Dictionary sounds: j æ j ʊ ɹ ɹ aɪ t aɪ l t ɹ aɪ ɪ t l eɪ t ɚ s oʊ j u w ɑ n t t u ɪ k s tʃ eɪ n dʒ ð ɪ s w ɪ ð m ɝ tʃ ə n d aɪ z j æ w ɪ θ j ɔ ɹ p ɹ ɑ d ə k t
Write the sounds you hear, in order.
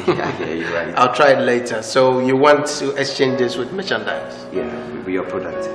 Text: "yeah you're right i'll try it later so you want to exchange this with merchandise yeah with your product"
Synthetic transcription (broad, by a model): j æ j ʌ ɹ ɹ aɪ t aɪ l t ɹ aɪ ɪ t l eɪ t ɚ s oʊ j u w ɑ n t t u ɪ k s tʃ eɪ n dʒ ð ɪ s w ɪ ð m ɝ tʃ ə n d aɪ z j æ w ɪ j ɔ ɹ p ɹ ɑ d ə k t